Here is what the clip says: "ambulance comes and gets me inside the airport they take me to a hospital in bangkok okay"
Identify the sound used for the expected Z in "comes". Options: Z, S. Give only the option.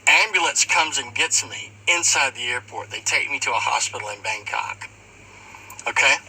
Z